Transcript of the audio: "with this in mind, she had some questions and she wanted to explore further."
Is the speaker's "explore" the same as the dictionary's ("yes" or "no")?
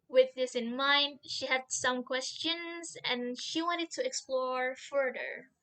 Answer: yes